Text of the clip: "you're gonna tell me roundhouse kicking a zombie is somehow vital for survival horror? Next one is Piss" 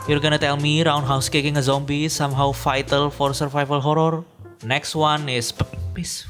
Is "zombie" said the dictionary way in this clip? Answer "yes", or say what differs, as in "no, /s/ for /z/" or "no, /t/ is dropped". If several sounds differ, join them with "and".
yes